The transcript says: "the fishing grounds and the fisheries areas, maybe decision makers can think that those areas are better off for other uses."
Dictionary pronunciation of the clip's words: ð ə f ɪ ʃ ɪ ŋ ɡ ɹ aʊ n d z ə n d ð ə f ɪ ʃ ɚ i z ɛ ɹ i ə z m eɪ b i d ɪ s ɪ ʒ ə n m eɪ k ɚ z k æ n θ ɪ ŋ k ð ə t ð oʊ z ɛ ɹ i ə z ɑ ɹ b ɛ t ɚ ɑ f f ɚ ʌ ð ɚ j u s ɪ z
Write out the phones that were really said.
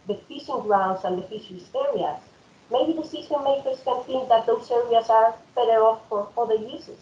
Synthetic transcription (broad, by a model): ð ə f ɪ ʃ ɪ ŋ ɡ ɹ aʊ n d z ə n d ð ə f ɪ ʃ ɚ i s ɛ ɹ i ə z m eɪ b i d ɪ s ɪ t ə m eɪ k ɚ s k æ n θ ɪ ŋ k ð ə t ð oʊ s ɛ ɹ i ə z ɑ ɹ b ɛ t ɚ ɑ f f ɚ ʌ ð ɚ j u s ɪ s